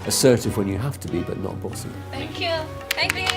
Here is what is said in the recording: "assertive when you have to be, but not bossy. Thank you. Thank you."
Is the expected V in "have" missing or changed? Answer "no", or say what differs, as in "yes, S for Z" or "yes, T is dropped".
yes, F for V